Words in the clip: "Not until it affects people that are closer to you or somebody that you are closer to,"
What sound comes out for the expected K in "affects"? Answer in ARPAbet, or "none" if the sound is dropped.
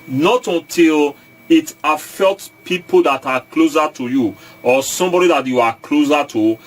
none